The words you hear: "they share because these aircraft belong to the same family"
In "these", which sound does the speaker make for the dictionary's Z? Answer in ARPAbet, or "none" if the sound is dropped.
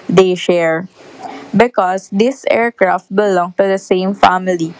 S